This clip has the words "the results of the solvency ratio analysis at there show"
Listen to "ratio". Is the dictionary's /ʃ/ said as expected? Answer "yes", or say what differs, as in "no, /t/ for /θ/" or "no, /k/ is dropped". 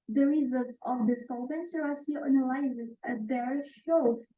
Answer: no, /s/ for /ʃ/